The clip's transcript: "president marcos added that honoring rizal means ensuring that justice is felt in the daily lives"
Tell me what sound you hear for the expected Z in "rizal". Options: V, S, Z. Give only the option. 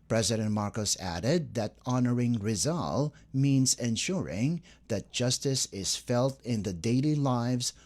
Z